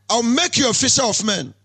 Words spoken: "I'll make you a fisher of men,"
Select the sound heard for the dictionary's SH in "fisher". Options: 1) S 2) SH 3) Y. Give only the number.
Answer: 1